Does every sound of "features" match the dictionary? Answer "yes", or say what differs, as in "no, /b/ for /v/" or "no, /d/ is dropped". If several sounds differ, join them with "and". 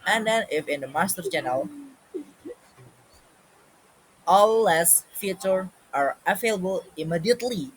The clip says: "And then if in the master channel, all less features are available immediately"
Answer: no, /z/ is dropped